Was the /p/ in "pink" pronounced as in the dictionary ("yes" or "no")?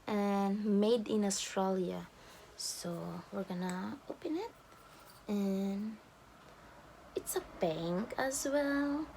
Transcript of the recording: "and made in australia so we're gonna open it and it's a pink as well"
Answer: no